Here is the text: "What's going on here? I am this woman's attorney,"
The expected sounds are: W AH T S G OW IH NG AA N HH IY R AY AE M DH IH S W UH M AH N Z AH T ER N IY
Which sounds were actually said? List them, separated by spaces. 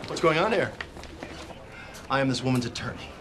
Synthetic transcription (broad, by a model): W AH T S G OW IH NG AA N HH IY R AY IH M DH IH S W UH M AH N Z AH T ER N IY